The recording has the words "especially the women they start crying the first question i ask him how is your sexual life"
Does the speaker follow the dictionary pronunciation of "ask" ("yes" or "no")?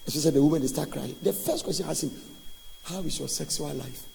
no